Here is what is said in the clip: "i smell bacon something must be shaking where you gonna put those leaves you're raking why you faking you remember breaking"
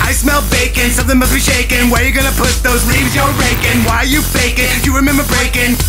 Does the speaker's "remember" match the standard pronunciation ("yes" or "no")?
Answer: yes